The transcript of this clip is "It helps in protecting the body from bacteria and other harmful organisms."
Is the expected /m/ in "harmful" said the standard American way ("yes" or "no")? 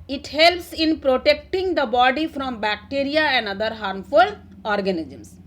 yes